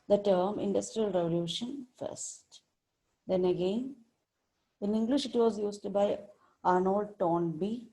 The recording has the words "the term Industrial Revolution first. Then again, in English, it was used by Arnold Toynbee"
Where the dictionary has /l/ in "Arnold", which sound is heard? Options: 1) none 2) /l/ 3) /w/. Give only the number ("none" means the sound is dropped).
2